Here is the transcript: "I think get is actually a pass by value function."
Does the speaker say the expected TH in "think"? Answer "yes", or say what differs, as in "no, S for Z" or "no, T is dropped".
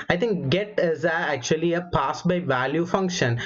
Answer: no, T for TH